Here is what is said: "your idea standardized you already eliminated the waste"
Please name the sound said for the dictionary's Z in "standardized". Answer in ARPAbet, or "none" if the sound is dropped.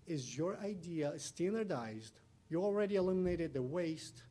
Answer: Z